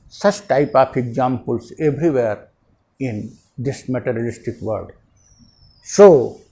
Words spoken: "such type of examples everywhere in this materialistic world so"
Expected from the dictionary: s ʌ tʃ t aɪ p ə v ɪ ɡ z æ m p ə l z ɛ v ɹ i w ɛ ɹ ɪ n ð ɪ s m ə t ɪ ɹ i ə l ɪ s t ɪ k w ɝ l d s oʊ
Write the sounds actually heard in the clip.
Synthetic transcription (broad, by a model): s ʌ tʃ t aɪ p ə p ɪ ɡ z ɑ m p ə l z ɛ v ɹ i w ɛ ɹ ɪ n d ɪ s m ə t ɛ ɹ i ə l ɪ s t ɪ k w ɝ d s oʊ